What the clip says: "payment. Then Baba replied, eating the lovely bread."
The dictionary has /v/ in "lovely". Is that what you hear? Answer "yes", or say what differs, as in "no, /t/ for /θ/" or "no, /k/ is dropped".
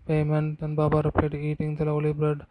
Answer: no, /v/ is dropped